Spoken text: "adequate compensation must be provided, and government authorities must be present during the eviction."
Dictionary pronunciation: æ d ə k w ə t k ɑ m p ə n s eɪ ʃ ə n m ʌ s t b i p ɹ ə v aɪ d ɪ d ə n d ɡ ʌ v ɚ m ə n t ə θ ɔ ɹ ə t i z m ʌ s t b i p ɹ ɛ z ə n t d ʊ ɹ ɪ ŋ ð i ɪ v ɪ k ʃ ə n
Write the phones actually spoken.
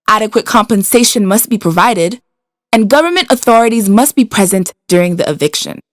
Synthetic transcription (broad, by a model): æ d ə k w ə t k ɑ m p ə n s eɪ ʃ ə n m ʌ s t b i p ɹ ə v aɪ d ɪ d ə n ɡ ʌ v ɚ m ə n t ə θ ɔ ɹ ə t i z m ʌ s t b i p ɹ ɛ z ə n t d ʊ ɹ ɪ ŋ ð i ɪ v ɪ k ʃ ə n